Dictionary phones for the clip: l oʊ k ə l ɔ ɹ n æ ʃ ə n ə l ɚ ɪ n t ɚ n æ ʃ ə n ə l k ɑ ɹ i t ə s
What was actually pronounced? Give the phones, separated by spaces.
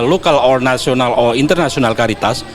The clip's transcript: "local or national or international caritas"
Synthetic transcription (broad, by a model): l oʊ k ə l ɔ ɹ n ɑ s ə n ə l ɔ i n t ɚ n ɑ s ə n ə l k ɑ ɹ i t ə s